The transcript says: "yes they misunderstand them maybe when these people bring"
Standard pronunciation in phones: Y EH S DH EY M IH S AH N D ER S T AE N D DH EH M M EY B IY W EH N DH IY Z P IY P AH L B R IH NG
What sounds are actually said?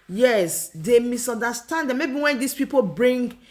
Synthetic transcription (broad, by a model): Y EH S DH EY M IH S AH N D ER S T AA N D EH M M EY B IY W EH N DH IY S P IY P AH L B R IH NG